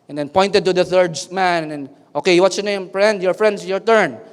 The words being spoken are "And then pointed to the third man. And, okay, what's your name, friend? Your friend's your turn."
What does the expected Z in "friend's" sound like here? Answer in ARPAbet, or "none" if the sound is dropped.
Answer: S